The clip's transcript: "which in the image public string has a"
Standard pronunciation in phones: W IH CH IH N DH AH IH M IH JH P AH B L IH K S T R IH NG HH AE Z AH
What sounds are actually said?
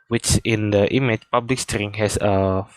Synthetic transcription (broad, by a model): W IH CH IH N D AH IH M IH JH P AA B L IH K S T R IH NG HH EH S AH